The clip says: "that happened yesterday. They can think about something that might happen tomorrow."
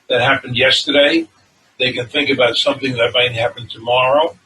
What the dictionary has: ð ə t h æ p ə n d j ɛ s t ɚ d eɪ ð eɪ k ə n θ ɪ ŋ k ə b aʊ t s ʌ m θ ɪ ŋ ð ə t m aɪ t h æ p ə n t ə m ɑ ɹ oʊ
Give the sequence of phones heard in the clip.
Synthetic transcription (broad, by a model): ð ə t h æ p ə n d j ɛ s t ɚ d eɪ ð eɪ k ə n θ ɪ ŋ k ə b aʊ t s ʌ m θ ɪ ŋ ð ə t m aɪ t h æ p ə n t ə m ɑ ɹ oʊ